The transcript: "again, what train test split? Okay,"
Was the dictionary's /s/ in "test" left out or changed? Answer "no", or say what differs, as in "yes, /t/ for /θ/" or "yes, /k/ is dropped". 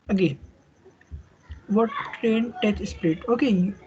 yes, /s/ is dropped